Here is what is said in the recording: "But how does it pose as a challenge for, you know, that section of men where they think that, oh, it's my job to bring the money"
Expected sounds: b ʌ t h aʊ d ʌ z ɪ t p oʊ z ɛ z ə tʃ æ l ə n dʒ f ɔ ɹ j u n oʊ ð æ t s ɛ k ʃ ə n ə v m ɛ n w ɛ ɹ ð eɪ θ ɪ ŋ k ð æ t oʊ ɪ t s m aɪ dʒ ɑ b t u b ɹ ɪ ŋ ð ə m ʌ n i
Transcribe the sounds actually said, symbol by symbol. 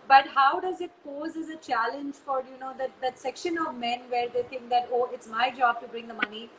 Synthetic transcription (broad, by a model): b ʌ t h aʊ d ʌ z ɪ t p oʊ z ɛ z ə tʃ æ l ə n dʒ f ɔ ɹ j u n oʊ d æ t s ɛ k ʃ ə n ə v m ɛ n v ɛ ɹ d eɪ t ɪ ŋ k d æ t oʊ ɪ t s m aɪ dʒ ɑ b t u b ɹ ɪ ŋ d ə m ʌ n i